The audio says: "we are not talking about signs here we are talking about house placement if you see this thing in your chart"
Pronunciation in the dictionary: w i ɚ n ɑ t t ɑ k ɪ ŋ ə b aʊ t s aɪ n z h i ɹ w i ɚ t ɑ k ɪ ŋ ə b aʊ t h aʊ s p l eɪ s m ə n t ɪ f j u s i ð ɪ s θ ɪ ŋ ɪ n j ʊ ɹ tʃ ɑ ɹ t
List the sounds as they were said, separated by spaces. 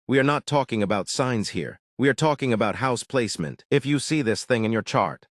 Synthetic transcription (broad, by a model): w i ɚ n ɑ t t ɑ k ɪ ŋ ə b aʊ t s aɪ n z h i ɹ w i ɚ t ɑ k ɪ ŋ ə b aʊ t h aʊ s p l eɪ s m ə n t ɪ f j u s i ð ɪ s θ ɪ ŋ ɪ n j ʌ ɹ tʃ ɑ ɹ t